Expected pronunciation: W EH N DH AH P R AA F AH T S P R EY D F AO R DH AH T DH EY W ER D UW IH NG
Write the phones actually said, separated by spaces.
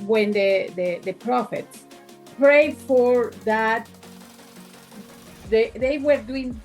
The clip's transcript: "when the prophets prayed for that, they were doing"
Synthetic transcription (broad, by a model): W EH N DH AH P R AA F AH T S P R EY D F AO R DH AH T DH EY W ER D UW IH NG